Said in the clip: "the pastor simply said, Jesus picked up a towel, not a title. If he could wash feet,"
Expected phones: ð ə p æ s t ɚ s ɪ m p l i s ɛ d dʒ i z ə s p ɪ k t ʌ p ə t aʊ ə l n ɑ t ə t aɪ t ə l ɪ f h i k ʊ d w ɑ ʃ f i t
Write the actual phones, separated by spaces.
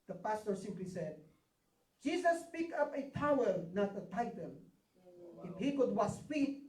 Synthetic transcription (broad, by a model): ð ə p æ s t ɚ s ɪ m p l i s ɛ d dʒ i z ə s p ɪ k ʌ p ə t aʊ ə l n ɑ t ə t aɪ t ə l ɪ f h i k ʊ d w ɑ s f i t